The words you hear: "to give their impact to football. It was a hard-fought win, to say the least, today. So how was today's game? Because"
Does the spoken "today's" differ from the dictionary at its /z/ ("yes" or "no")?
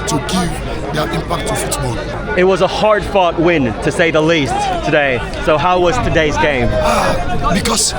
no